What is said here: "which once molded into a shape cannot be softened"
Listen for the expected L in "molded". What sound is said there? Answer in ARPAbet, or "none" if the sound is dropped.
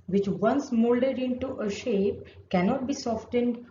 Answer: L